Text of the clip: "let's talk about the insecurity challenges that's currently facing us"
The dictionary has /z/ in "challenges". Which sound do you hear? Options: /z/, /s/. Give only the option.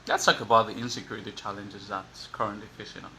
/z/